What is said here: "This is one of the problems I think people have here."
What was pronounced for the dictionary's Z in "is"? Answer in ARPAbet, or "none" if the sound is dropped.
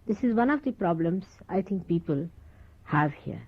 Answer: Z